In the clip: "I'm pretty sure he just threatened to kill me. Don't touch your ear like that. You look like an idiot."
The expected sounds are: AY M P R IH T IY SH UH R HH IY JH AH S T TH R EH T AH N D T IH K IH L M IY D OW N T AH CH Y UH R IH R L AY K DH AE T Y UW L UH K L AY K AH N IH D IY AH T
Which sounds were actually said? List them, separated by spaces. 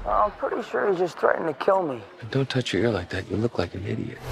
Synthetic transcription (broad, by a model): AY M P R IH T IY SH UH R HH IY JH AH S T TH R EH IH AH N T IH K IH L M IY D OW N T AH CH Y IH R IH R L AY K DH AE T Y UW L UH K L AY K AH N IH D IY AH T